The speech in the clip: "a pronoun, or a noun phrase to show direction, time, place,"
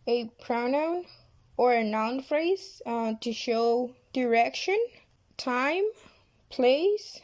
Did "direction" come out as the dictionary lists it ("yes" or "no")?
yes